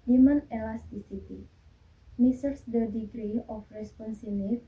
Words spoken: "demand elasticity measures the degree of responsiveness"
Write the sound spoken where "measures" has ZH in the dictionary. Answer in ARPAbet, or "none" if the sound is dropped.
S